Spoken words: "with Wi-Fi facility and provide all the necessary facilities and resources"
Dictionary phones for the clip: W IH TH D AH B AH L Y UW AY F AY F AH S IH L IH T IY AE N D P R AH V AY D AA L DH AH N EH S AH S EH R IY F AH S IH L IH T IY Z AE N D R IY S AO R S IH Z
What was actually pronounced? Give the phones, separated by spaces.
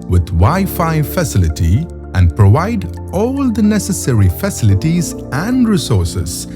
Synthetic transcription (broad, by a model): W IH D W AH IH F AY F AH S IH L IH T IY AE N D P R AH V AY D AA L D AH N EH S AH S EH R IY F AH S IH L IH T IY Z AE N D R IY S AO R S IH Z